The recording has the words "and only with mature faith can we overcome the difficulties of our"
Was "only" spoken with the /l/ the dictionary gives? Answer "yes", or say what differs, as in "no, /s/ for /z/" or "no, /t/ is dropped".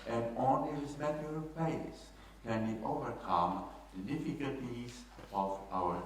no, /l/ is dropped